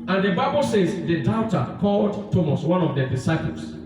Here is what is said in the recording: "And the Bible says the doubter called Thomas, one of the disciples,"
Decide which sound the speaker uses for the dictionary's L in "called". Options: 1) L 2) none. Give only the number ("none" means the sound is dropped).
1